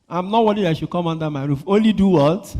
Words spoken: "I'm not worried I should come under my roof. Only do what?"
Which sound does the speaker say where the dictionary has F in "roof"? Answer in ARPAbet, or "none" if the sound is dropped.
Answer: F